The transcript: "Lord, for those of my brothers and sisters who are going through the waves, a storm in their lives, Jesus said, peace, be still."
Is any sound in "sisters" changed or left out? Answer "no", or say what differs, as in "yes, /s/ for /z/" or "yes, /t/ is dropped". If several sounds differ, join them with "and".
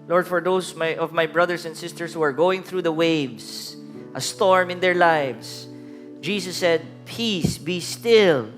yes, /s/ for /z/